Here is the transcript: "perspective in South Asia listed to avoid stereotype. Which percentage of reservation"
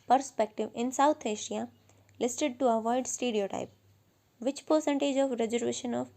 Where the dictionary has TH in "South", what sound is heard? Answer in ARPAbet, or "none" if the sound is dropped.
T